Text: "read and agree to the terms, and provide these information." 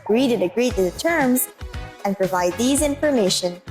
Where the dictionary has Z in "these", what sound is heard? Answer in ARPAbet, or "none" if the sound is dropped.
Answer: Z